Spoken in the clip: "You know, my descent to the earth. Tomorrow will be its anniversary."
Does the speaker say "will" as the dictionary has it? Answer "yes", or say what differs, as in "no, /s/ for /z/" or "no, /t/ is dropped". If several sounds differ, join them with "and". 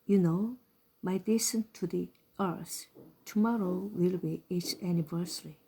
yes